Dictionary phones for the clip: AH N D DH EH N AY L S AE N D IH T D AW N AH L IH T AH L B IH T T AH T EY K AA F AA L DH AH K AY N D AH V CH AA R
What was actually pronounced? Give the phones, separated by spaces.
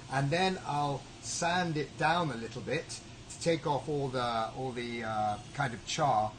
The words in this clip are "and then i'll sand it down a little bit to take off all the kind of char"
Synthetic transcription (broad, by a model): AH N DH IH N AY L S AE N D IH T D AW N AH L IH T L B IH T T AH T EY K AA F AA L DH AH K AY N D AH V CH AA R